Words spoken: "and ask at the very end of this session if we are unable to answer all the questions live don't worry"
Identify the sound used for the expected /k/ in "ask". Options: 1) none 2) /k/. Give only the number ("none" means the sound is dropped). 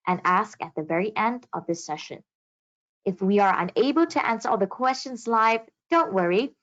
2